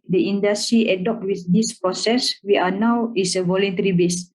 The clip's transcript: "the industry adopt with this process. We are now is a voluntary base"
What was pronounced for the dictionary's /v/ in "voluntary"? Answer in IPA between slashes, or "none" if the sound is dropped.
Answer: /v/